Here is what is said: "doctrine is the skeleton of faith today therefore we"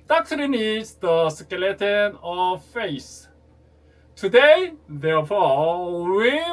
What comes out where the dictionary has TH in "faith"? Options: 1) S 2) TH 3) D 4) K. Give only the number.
1